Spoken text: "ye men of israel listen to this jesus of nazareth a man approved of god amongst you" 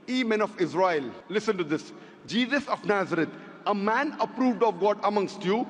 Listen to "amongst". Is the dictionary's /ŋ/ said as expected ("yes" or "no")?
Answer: yes